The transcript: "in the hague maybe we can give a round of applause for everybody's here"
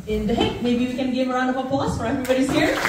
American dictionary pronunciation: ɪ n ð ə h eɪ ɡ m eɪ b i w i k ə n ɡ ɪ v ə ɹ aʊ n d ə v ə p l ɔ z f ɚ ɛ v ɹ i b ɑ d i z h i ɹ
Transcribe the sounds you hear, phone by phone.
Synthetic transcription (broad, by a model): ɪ n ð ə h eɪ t m eɪ b i w i k ə n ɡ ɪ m ə ɹ aʊ n d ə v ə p ɔ s f ɚ ɛ v ɹ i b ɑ d i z h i ɹ